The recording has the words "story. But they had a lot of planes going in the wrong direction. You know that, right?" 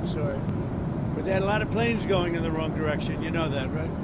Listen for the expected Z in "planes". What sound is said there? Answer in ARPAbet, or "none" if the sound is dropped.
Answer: Z